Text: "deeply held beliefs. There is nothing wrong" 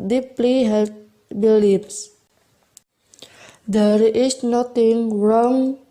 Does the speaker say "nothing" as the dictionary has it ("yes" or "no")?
no